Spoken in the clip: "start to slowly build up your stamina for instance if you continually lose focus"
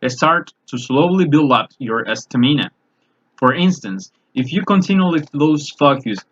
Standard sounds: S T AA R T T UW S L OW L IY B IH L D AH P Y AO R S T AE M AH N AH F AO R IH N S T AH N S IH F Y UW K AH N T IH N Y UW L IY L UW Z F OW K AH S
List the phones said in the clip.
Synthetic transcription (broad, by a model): S T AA R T T UW S L OW L IY B IH L D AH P Y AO R S T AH M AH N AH F AO R IH N S T AH N S IH F Y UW K AH N T IH N Y UW L IY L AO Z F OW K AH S